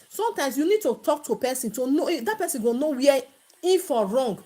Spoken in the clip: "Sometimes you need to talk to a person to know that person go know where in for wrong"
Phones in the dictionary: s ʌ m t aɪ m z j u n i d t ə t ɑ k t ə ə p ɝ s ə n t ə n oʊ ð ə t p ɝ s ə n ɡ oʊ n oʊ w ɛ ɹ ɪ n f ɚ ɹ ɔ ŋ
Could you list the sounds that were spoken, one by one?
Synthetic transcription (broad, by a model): s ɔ m t aɪ m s j u n i d t ə t ɑ k t ə p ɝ s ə n t ə n oʊ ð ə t p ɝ s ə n ɡ oʊ n oʊ w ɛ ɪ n f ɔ ɹ ɔ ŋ